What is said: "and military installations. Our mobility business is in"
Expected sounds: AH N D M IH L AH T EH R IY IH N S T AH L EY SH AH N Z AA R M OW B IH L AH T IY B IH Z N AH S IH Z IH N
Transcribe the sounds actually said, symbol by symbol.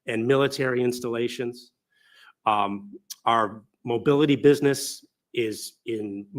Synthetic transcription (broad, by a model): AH N M IH L AH T EH R IY IH N S T AH L EY SH AH N Z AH R M OW B IH L AH T IY B IH Z N AH S IH Z IH N